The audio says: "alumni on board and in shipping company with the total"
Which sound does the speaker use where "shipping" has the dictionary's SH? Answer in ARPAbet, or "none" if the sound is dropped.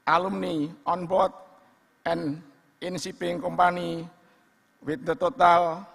S